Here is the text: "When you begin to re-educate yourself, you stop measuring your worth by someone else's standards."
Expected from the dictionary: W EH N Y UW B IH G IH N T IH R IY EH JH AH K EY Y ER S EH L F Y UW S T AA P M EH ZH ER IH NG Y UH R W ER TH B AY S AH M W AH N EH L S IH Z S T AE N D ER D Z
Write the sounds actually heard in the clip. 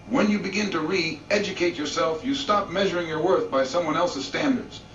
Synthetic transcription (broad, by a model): W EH N Y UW B IH G IH N T IH R IY EH JH AH K EY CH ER S EH L F Y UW S T AA P M EH ZH ER IH NG Y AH R W ER TH B AY S AH M W AH N EH L S IH Z S T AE N D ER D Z